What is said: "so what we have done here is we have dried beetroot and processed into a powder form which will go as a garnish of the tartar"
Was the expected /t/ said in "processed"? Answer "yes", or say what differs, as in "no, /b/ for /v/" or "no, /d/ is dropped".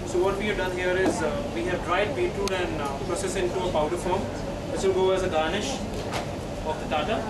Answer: no, /t/ is dropped